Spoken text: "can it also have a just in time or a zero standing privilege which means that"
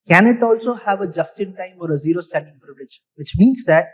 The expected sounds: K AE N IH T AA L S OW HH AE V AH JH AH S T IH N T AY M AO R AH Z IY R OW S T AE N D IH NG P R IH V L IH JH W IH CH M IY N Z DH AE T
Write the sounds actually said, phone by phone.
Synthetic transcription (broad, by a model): K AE N IH T AA L S OW HH AE V AH JH AH S T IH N T AY M AO R AH Z IY R OW S T AE N D IH NG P R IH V L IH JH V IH CH M IY N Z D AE T